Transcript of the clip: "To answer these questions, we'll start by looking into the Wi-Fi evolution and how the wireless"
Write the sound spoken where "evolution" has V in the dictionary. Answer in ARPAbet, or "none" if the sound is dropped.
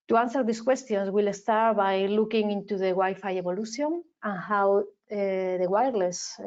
B